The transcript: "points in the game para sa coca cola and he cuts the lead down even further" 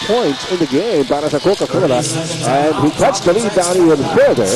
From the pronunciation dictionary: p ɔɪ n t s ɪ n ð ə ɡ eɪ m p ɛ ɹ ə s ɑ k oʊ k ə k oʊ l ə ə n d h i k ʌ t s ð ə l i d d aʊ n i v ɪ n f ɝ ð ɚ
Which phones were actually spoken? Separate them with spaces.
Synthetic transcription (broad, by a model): p ɔɪ n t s ɪ n ð ə ɡ eɪ m b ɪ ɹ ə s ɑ k oʊ k ə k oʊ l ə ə n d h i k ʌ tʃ ð ə l i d d aʊ n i ɪ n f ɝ ð ɚ